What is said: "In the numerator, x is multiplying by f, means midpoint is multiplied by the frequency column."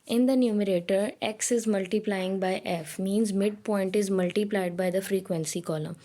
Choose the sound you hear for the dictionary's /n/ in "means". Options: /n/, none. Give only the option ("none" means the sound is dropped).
/n/